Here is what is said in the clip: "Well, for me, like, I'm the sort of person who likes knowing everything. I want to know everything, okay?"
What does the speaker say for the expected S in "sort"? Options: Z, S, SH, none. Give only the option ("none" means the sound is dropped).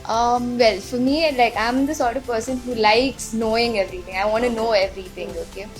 S